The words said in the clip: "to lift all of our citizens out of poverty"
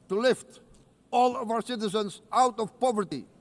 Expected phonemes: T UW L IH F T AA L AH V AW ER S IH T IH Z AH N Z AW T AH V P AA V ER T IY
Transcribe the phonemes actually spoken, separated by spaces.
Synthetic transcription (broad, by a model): T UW L IH F T AA L AH V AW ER S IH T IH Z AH N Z AW T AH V P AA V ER T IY